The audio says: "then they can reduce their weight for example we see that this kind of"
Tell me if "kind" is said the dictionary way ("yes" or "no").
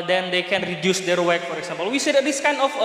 no